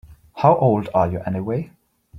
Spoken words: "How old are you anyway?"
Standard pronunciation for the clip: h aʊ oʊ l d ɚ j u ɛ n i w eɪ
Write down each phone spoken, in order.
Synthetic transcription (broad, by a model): h aʊ oʊ l d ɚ j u ɛ n i w eɪ